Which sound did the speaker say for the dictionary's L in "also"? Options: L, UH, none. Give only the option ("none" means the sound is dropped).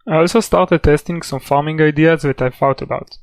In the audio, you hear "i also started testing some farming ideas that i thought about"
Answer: L